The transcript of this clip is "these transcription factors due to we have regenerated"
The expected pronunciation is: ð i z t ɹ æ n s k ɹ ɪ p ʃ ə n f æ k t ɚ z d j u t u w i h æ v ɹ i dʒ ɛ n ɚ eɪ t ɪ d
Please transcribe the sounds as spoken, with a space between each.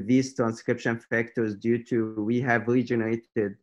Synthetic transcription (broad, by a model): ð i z t ɹ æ n s k ɹ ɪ p ʃ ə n f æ k t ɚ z d j u t u w i h æ v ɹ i dʒ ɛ n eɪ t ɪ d